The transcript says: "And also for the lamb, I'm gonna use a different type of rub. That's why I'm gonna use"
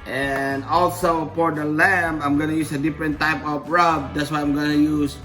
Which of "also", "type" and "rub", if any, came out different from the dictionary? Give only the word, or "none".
none